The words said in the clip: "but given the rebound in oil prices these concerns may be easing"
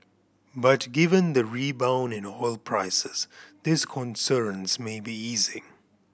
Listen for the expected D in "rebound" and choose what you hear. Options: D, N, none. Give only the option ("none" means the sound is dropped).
none